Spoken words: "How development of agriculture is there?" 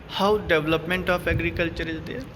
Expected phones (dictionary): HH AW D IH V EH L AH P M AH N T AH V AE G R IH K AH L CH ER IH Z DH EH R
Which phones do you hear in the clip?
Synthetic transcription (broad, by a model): HH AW D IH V L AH P M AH N T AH P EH G R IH K AH L CH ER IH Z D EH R